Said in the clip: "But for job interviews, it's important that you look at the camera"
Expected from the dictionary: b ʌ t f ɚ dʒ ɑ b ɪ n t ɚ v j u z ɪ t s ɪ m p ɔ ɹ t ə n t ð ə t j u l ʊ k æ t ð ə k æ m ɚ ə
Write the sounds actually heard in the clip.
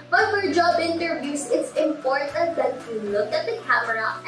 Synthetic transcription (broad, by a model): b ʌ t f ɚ dʒ ɑ b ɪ n t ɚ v j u s ɪ t s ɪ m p ɔ ɹ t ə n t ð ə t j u l ʊ k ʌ t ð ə k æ m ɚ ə